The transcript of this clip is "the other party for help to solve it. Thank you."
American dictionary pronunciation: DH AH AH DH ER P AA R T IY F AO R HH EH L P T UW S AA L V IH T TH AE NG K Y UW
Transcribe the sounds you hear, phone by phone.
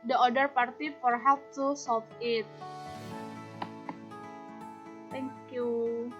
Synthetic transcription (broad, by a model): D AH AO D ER P AA R T IY F AO R HH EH P T UW S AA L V IH T T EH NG K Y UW